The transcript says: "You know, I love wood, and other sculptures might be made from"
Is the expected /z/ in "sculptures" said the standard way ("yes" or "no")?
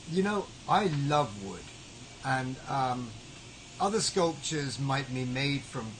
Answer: yes